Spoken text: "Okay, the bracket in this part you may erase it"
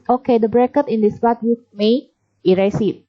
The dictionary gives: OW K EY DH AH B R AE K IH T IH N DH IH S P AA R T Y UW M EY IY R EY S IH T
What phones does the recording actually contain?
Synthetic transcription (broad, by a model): OW K EY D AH B R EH K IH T IH N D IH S B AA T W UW M EY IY R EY S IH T